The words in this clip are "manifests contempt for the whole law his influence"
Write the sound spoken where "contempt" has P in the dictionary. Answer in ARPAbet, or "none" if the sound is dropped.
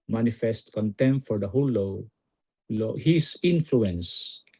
none